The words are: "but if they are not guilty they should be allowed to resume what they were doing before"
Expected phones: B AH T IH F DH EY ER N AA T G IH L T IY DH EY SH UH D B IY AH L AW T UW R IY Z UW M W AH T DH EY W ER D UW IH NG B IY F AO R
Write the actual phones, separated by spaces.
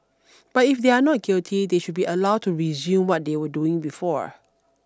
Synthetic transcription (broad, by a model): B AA T IH F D EY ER N AA T G IH L T IY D EY SH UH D B IY AH L AW T UW R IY Z UW M W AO T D EY W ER D UW IH NG B IY F AO R